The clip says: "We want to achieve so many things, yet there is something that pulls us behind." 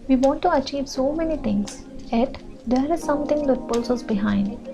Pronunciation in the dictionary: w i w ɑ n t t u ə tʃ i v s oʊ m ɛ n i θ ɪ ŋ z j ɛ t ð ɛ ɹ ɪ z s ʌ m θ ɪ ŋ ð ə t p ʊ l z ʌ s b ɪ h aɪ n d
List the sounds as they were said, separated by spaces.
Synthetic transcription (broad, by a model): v i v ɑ n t t u ə tʃ i v s oʊ m ɛ n i t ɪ ŋ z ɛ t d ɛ ɹ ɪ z s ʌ m t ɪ ŋ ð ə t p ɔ l s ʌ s b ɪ h aɪ n d